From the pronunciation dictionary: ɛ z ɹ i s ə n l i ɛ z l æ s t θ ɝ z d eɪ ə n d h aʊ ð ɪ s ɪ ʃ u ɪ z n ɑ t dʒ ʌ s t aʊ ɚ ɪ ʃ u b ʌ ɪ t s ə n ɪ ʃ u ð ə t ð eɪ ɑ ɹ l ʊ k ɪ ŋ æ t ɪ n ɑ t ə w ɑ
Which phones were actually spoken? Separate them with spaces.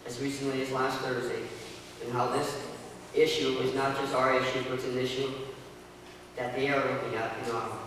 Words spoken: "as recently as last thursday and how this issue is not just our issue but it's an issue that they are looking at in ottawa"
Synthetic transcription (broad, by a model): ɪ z ɹ i s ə n l i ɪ z l æ s t θ ɝ z d eɪ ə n h aʊ ð ɪ s ɪ ʃ u ɪ z n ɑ t dʒ ʌ s t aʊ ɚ ɪ ʃ u b ʌ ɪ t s ə n ɪ ʃ u ð ə t ð eɪ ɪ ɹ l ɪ ɪ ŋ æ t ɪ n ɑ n